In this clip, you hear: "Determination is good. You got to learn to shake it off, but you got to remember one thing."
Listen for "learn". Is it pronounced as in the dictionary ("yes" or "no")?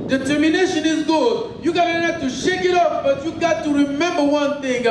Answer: no